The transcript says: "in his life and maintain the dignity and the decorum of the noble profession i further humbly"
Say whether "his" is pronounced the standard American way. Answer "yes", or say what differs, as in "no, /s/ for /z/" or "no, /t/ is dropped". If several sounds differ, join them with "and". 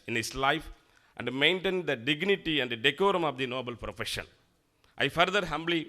no, /s/ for /z/